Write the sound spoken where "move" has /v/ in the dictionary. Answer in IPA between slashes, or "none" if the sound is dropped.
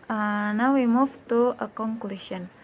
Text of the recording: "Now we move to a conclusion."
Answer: /f/